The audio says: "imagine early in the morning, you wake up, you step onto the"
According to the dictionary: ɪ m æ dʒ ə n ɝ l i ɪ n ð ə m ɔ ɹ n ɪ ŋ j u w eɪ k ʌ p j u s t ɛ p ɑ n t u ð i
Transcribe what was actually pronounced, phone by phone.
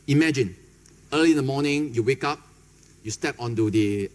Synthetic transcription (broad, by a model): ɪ m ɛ dʒ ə n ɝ l i ɪ n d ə m ɔ n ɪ ŋ j u w eɪ k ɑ p j u s t ɛ p ɑ n t u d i